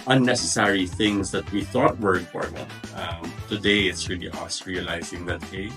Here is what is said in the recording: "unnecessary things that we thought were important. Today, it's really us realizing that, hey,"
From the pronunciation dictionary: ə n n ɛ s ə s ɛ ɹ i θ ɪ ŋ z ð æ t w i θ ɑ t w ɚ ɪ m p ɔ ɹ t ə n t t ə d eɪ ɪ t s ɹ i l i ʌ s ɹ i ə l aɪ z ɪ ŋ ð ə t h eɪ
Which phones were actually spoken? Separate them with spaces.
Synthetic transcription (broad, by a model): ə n n ɛ s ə s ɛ ɹ i θ ɪ ŋ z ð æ t w i θ ɑ t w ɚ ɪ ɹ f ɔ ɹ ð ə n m t ə d eɪ ɪ t s ɹ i l i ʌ s ɹ i ə l aɪ z ɪ ŋ ð ə t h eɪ